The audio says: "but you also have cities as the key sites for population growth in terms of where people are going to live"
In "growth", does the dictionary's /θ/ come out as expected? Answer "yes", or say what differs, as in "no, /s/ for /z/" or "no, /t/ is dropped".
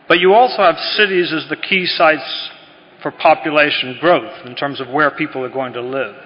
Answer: yes